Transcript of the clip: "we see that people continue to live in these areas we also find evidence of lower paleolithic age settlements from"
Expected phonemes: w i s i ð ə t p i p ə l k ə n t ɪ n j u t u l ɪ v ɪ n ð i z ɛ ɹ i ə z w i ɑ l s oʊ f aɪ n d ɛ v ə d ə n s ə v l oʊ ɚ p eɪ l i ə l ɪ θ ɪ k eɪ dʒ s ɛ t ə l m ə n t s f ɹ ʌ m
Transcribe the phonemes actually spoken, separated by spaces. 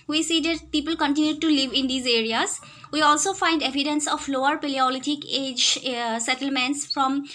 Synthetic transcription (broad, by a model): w i s i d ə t p i p ə l k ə n t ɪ n j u t u l ɪ v ɪ n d i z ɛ ɹ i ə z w i ɑ l s oʊ f aɪ n d ɛ v ə d ə n s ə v l oʊ ɚ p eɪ l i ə l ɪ t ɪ k eɪ dʒ s ɛ t ə l m ə n t s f ɹ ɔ m